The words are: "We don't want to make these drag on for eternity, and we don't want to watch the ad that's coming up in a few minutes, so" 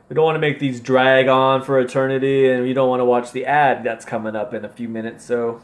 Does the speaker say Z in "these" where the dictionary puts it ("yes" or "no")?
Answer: yes